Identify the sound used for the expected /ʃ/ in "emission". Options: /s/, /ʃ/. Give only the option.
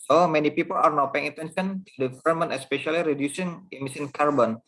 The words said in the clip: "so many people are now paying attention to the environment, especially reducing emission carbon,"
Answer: /s/